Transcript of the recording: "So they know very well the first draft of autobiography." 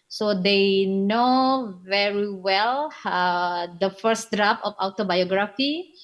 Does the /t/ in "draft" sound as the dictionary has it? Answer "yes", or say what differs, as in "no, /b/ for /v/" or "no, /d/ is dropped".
no, /t/ is dropped